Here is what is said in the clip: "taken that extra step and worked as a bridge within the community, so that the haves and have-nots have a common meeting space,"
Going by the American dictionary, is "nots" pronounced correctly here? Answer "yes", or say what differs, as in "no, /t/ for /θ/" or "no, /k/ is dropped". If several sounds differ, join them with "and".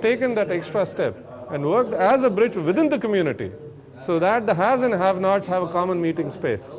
no, /s/ is dropped